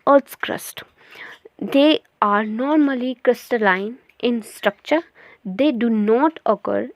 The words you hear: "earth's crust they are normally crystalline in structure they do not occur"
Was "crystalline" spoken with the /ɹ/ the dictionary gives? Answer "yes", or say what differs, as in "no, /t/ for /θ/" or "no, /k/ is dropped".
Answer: yes